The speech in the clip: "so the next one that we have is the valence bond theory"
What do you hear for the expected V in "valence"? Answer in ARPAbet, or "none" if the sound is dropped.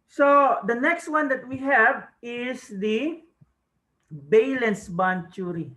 B